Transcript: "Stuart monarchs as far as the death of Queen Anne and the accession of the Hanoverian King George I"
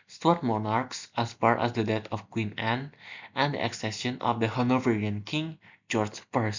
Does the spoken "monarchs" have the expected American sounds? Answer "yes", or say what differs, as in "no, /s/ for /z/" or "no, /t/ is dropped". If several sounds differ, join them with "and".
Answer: yes